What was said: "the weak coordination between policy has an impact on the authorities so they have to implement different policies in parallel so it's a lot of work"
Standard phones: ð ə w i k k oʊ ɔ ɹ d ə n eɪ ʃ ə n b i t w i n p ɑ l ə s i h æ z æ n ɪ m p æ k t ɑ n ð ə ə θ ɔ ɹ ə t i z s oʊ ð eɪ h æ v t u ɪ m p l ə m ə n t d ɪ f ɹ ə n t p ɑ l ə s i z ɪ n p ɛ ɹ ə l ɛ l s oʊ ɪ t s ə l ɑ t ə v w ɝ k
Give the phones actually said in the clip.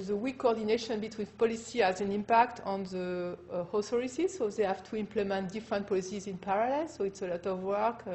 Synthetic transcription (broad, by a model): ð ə w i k k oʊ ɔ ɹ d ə n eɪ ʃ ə n b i t w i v p ɑ l ə s i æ z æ n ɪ m p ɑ k t ɑ n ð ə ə s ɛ ɹ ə s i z s oʊ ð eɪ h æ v t u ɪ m p l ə m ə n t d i f ɹ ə n t p ɑ l ə s i z ɪ n p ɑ ɹ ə l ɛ l s oʊ ɪ t s ə l ɑ t ə v w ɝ k